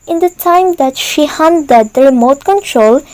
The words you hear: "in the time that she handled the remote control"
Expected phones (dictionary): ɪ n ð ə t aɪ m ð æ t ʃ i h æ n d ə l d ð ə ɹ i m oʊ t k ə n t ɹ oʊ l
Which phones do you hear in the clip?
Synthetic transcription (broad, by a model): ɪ n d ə t aɪ m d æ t ʃ i h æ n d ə d ɹ i m oʊ t k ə n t ɹ oʊ l